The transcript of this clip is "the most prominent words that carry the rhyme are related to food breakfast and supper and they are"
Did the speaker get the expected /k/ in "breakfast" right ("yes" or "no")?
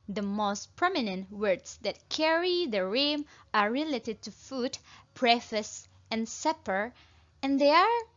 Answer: no